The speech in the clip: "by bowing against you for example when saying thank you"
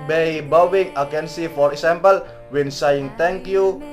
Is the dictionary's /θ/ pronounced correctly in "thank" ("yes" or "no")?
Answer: no